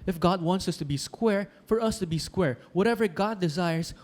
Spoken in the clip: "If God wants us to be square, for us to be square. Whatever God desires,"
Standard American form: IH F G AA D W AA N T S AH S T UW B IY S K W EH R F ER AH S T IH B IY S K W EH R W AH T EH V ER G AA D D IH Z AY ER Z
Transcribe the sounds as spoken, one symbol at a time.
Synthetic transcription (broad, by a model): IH F G AA D W AA N T S AH S T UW B IY S K W EH R F ER AH S T IH B IY S K W EH R W AH T EH V ER G AA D D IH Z AY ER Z